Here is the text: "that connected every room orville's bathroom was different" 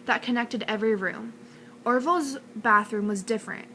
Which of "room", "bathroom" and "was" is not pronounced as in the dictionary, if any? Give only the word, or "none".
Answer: none